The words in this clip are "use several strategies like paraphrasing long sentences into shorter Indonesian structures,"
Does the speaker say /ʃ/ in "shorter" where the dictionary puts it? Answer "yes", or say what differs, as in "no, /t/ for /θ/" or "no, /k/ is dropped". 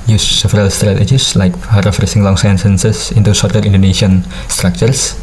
no, /s/ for /ʃ/